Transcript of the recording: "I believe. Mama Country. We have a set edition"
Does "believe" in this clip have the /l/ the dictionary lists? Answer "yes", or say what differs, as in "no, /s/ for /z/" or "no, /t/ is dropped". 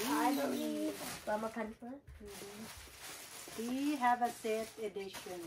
no, /l/ is dropped